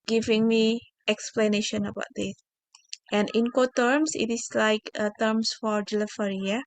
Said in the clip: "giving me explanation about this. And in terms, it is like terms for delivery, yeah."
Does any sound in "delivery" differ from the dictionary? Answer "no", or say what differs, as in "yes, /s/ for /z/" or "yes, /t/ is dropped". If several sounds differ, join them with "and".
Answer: yes, /f/ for /v/